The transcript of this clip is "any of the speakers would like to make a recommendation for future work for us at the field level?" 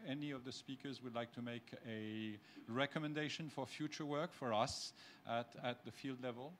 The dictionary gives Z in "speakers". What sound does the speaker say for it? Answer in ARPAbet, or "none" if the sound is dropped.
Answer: Z